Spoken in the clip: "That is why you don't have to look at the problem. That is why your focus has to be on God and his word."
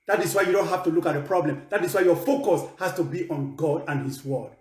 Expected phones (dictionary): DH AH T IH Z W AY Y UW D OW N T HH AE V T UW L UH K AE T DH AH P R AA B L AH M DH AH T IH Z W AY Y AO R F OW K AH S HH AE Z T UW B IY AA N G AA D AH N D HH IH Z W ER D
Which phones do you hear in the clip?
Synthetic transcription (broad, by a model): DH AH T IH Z W AY Y UW D OW N T HH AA F T UW L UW K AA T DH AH P R AA B L AH M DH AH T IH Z W AY Y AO F OW K AH S HH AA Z T UW B IY AA N G AA D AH N HH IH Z W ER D